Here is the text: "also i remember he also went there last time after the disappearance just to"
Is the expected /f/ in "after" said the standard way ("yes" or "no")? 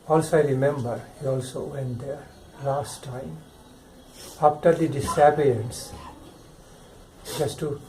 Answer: no